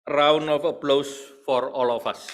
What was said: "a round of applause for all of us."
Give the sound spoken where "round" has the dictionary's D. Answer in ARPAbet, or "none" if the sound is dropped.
none